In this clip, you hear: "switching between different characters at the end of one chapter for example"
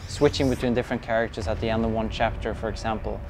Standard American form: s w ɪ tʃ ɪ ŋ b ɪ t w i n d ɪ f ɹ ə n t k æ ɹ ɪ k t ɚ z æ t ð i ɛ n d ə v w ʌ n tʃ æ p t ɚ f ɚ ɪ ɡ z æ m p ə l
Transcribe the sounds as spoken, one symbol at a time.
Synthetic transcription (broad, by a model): s w ɪ tʃ ɪ ŋ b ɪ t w i n d ɪ f ɹ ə n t k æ ɹ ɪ k t ɚ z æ t ð i ɛ n d ə v w ʌ n tʃ æ p t ɚ f ɚ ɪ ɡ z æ m p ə l